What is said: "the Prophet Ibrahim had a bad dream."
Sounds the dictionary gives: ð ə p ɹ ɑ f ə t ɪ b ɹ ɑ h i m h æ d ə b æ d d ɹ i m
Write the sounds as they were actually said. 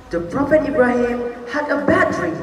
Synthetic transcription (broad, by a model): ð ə p ɹ ɑ f ə t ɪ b ɹ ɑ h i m h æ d ə b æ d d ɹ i